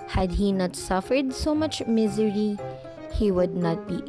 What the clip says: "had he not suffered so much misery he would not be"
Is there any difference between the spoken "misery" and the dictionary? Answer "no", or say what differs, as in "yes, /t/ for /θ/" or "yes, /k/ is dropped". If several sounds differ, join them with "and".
no